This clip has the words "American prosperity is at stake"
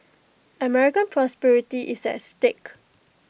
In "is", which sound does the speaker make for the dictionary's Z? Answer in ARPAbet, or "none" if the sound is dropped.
S